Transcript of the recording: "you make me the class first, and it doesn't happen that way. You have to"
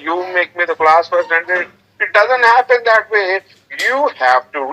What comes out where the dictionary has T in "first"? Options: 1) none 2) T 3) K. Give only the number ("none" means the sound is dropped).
1